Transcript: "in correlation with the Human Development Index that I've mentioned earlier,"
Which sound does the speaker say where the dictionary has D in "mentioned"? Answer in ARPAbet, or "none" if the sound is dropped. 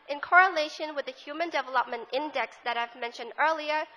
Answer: D